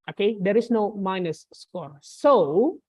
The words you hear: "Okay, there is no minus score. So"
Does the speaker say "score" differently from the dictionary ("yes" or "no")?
no